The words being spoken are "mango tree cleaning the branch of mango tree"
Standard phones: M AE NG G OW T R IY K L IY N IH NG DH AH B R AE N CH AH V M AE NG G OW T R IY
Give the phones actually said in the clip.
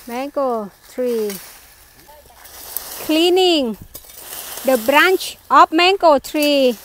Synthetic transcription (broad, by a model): M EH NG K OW T R IY K L IY N IH NG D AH B R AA N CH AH P M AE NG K OW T R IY